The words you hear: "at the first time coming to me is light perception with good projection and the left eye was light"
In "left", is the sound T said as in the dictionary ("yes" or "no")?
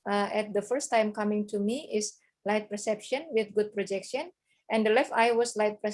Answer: yes